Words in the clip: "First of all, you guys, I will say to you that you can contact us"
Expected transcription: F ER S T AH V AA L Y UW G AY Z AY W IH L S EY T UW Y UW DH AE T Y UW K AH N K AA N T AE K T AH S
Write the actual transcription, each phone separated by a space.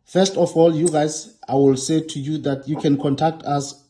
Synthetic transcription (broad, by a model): F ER S T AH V AA L Y UW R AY S AY W IH L S EY T UW Y UW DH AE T Y UW K AH N K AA N T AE K T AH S